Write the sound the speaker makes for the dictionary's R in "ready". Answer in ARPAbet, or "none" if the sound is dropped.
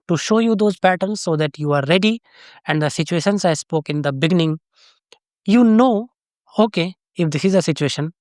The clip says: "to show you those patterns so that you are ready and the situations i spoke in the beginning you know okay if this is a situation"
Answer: R